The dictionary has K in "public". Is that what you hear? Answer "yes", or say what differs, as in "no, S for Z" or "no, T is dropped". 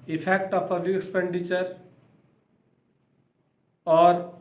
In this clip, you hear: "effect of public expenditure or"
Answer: no, K is dropped